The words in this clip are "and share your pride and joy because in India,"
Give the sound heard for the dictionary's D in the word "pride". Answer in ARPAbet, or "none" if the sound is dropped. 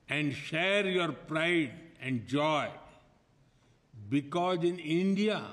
D